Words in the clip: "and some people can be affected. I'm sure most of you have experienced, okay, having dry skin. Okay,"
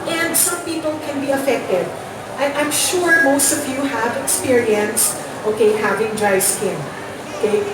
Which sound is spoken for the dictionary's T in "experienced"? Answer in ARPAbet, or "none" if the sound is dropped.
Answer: T